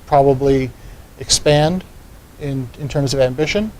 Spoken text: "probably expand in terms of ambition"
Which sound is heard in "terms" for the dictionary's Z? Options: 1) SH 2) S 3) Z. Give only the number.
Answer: 3